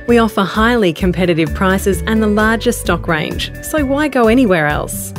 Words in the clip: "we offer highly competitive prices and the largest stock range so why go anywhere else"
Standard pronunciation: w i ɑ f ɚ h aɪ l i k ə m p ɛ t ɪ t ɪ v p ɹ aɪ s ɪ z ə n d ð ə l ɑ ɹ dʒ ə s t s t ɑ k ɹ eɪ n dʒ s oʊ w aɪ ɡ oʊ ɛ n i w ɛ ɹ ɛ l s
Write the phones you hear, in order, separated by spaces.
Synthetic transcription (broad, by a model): w i ɑ f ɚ h aɪ l i k ə m p ɛ t ɪ t ɪ v p ɹ aɪ s ɪ z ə n ð ə l ɑ ɹ dʒ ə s s t ɑ k ɹ eɪ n ʒ s oʊ w aɪ ɡ oʊ ɛ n i w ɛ ɹ ɛ l s